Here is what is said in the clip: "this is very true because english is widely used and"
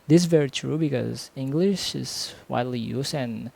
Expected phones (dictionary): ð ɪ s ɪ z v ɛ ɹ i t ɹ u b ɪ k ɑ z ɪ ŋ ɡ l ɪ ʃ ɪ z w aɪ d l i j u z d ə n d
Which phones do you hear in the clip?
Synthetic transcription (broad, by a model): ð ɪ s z v ɛ ɹ i t ɹ u b ɪ k ɑ z ɪ ŋ ɡ l ɪ ʃ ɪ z w aɪ d l i j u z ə n